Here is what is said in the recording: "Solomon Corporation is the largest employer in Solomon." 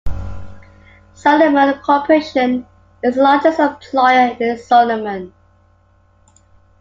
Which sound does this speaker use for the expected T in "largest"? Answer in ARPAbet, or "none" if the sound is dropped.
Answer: none